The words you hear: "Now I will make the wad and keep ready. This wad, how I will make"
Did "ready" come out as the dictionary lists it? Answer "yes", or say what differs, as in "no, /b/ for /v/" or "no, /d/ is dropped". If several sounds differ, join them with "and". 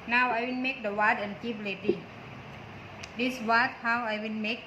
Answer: no, /l/ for /ɹ/